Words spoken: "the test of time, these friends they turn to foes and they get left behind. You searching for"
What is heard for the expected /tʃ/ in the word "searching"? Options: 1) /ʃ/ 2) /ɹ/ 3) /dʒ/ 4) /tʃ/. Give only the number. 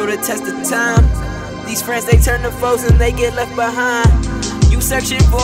1